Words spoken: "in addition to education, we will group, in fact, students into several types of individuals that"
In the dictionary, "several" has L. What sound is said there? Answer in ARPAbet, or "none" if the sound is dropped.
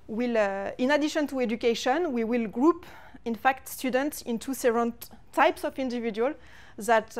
N